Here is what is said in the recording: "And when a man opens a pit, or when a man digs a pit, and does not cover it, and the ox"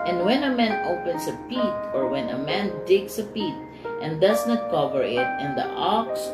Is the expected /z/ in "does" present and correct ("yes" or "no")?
no